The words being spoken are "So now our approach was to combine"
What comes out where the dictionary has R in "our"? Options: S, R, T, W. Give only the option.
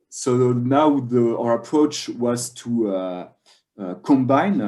R